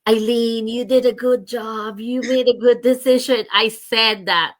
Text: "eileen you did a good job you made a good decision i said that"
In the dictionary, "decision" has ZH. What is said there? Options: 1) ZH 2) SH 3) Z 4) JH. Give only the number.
1